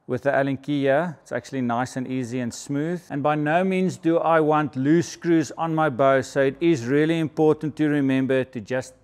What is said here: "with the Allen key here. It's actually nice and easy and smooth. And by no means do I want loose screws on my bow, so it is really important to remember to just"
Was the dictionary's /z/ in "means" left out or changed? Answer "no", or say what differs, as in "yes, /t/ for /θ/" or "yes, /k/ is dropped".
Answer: no